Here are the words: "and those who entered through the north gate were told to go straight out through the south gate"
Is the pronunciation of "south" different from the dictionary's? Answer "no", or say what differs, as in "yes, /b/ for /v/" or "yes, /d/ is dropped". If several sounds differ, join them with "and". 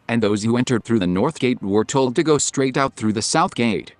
no